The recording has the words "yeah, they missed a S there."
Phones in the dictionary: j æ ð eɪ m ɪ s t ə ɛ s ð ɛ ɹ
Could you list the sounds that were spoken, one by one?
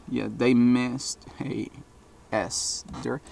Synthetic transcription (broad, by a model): j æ ð eɪ m ɪ s t ə ɛ s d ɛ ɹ